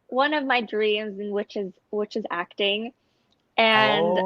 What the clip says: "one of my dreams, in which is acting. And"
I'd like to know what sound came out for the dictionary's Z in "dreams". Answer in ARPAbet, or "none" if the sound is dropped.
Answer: Z